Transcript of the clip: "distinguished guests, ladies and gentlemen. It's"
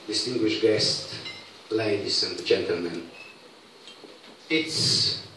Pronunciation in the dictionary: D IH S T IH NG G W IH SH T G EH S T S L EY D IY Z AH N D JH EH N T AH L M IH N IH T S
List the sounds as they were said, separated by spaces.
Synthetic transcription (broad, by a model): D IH S T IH NG G W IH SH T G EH S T L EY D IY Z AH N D JH EH N T AH L M IH N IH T S